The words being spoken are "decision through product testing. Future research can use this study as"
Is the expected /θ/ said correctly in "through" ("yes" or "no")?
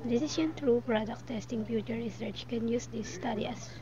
no